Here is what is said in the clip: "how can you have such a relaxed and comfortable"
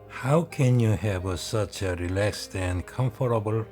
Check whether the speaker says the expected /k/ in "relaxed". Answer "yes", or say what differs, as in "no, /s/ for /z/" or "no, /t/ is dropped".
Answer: yes